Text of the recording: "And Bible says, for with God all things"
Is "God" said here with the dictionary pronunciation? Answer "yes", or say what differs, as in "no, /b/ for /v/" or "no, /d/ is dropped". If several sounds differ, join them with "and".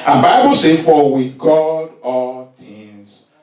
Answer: yes